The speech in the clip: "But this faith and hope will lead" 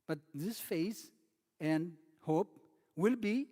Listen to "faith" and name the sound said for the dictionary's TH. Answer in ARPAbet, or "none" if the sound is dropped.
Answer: S